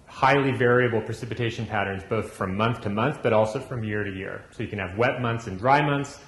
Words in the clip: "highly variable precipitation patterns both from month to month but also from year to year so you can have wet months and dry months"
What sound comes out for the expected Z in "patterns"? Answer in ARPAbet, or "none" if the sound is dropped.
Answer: Z